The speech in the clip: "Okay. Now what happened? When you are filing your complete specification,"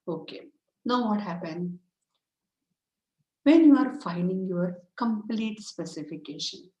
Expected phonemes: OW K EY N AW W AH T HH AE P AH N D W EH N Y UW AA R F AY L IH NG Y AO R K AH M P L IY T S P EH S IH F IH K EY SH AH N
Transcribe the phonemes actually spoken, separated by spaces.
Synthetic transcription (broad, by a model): OW K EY N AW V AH T HH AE P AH N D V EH N Y UW AA R F AY N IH NG Y AO R K AH M P L IY T S P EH S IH F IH K EY SH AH N